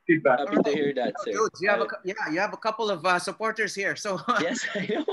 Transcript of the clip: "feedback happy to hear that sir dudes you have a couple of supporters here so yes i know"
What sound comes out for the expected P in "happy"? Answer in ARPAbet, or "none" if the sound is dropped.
none